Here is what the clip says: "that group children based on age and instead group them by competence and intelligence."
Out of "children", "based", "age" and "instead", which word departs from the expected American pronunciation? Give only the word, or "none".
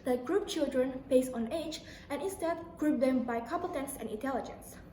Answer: based